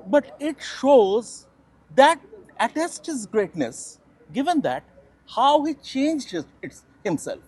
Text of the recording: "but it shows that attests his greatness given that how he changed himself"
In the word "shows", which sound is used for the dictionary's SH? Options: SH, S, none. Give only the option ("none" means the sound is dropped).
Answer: SH